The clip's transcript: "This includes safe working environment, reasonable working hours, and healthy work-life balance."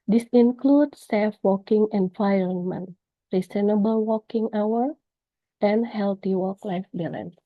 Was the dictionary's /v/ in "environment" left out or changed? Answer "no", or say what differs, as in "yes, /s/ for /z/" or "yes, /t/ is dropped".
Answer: yes, /f/ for /v/